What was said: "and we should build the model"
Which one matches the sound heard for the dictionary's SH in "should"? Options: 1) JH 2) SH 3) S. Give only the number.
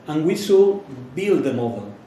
3